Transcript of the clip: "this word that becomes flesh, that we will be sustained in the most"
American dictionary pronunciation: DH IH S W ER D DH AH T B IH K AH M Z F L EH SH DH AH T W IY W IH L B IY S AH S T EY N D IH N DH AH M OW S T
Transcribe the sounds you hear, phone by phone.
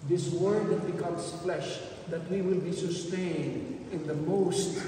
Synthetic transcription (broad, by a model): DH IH S W ER D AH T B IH K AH M S F L EH SH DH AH T W IY W IH L B IY S AH S T EY N D IH N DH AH M OW S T